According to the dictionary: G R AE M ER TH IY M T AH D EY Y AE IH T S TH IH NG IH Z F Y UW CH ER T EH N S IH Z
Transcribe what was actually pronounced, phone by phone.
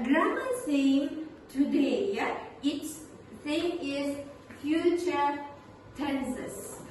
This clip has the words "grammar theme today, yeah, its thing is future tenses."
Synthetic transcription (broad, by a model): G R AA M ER S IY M T AH D EY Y IH T S S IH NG IH Z F Y UW CH ER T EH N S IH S